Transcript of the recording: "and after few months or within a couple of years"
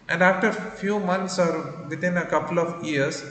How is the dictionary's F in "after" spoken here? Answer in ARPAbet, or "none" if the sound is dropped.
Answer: F